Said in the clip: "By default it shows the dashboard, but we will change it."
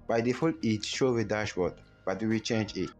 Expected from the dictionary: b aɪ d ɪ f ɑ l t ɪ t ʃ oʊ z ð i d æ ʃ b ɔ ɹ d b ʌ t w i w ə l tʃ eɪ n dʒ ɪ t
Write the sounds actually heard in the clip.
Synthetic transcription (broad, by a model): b aɪ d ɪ f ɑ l ɪ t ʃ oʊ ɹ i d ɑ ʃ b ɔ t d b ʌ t w i w ə l tʃ eɪ n dʒ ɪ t